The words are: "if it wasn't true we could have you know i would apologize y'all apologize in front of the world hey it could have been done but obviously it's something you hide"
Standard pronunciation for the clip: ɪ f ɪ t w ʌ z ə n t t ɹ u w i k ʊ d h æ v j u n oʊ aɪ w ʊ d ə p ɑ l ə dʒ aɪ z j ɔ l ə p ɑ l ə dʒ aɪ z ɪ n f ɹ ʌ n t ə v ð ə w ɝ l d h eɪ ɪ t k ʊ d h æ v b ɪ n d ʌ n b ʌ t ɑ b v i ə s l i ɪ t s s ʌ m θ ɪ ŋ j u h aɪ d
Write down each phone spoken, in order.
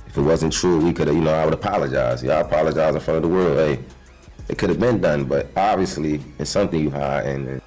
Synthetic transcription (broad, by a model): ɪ f ɪ t w ʌ z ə n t t ɹ u w i k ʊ d j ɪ n oʊ aɪ w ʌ d ə p ɑ l ə dʒ aɪ z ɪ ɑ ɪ ə p ɑ l ə dʒ aɪ z ɪ n f ɹ ʌ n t ə v ð ə w ɝ l d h eɪ ɪ t k ʊ d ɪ v b ɪ n d ʌ n b ʌ t ɑ b v i ə s l i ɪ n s s ʌ m θ ɪ ŋ j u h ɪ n